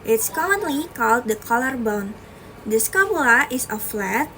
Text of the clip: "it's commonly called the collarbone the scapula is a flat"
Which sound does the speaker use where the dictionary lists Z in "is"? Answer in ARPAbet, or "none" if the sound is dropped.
S